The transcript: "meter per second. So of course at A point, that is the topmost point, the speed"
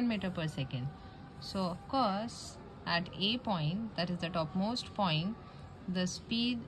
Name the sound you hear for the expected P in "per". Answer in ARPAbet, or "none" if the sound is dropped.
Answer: P